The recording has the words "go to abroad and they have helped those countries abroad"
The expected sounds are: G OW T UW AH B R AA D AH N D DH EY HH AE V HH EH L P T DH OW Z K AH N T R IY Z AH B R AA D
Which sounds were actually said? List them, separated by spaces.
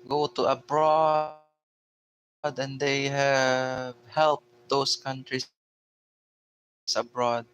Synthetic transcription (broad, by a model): G OW T UW AH B R AA D AH N D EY HH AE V HH EH L P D OW S K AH N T R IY S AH B R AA D